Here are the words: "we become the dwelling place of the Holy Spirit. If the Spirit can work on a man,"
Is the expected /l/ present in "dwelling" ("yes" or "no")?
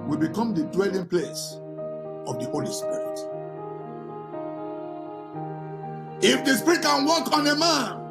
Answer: yes